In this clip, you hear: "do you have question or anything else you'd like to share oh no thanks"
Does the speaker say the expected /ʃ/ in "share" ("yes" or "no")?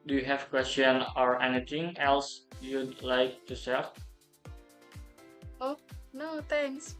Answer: no